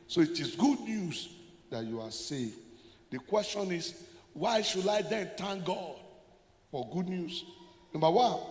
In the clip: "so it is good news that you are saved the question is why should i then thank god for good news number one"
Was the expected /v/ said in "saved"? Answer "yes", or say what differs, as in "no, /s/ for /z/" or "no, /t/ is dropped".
no, /v/ is dropped